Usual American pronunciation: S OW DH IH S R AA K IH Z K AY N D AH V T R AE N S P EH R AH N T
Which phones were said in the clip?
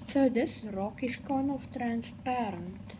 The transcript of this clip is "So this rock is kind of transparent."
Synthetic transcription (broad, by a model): S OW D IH S R AA K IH S K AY N AH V T R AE N S P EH R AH N T